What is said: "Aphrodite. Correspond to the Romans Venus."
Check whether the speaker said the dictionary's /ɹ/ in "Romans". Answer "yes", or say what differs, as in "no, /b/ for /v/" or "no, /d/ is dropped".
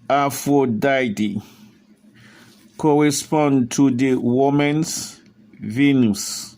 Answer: no, /w/ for /ɹ/